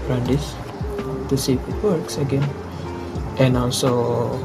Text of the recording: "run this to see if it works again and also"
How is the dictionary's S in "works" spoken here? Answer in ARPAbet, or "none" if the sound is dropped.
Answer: S